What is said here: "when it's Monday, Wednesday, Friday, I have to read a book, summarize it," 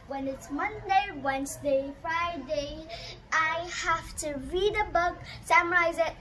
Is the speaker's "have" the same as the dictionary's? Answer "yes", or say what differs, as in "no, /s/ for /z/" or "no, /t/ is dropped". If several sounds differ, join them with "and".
no, /f/ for /v/